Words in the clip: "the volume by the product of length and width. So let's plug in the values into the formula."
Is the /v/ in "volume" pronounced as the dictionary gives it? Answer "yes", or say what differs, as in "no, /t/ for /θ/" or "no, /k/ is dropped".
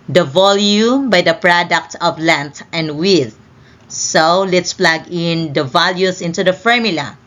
yes